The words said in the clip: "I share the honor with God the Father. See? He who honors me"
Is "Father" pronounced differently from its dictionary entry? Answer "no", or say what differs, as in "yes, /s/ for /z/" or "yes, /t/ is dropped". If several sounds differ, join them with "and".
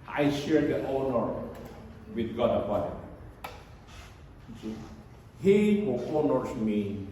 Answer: yes, /p/ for /f/